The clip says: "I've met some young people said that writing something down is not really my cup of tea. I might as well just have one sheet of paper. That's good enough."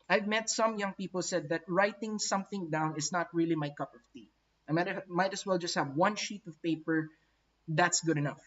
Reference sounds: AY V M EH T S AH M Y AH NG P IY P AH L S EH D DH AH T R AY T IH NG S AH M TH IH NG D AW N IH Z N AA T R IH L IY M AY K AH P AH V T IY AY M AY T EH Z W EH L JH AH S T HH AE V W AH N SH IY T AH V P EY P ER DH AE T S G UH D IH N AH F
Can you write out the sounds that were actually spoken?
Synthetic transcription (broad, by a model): AY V M EH T S AH M Y AH NG P IY P AH L S EH D DH AH T R AY T IH NG S AH M TH IH NG D AW N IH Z N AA T R IH L IY M AY K AH P AH V T IY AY M AY T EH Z W EH L JH AH S T HH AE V W AH N SH IY T AH V P EY P ER DH AE T S G UH D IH N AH F